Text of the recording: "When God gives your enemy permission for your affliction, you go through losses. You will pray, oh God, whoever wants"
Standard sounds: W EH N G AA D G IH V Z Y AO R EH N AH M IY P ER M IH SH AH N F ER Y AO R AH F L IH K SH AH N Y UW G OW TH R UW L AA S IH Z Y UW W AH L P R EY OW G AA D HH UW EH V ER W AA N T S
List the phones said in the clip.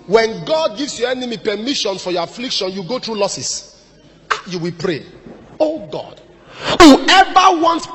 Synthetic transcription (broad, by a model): W EH N G AA D G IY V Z Y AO EH N AH M IY P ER M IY SH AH N F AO Y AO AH F L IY K SH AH N Y UW G OW T R UW L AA S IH S Y UW W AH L P R EY OW G AA D HH UW EH V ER W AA N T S